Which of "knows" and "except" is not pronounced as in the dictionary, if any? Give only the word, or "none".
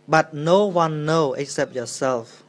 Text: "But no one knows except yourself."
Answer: knows